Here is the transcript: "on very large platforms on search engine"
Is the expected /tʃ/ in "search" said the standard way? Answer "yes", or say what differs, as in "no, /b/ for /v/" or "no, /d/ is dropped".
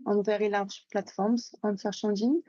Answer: no, /ʃ/ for /tʃ/